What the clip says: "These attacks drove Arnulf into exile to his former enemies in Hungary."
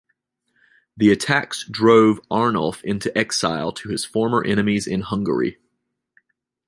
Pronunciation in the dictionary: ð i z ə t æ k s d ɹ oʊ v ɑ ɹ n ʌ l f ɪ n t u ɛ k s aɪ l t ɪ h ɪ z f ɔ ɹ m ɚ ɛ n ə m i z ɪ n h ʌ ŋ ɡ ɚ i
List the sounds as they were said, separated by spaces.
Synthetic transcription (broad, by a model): ð i ə t æ k s d ɹ oʊ v ɑ ɹ n l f ɪ n t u ɛ k s aɪ l t ɪ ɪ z f ɔ ɹ m ɚ ɛ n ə m i z ɪ n h ʌ ŋ ɡ ɚ i